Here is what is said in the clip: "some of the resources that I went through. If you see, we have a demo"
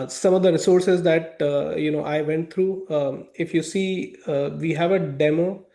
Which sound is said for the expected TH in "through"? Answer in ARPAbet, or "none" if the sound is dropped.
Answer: T